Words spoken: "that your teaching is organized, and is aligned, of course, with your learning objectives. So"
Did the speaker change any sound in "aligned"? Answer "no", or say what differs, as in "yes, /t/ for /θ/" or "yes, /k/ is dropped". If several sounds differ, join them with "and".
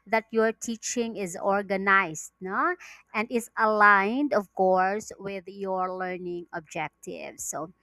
no